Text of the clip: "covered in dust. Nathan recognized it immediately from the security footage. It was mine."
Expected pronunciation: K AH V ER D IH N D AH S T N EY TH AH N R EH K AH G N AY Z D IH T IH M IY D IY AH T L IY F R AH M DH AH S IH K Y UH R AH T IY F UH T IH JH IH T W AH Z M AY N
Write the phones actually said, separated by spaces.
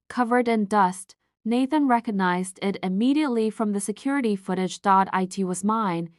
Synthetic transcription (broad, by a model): K AH V ER D IH N D AH S T N EY TH AH N R EH K AH G N AY Z D IH T IH M IY D IY AH T L IY F R AH M DH AH S IH K Y UH R AH T IY F UH T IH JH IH T W AH Z M AY N